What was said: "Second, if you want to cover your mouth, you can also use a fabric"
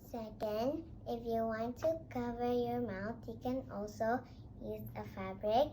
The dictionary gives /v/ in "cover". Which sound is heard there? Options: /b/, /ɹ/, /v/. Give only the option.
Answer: /v/